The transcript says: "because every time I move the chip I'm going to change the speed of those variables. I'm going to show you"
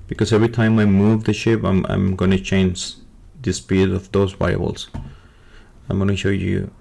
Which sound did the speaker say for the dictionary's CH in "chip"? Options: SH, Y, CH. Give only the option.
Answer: SH